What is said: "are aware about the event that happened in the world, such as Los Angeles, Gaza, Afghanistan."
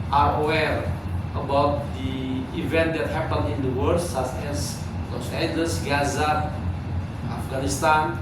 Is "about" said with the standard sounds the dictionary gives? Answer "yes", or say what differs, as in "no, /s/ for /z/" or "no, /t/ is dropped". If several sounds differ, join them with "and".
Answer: yes